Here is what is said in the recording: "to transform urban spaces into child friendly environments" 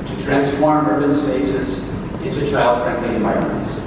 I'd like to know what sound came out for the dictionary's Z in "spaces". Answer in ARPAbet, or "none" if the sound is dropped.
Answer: Z